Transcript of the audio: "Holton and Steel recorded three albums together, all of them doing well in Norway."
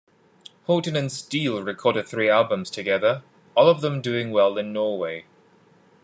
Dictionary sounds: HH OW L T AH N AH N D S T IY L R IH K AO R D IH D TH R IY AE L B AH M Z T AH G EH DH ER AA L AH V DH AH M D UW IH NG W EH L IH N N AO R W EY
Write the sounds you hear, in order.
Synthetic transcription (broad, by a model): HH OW T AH N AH N S T IY L R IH K AO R D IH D TH R IY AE L B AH M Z T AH G EH DH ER AA L AH V DH AH M D UW IH NG W EH L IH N N AO W EY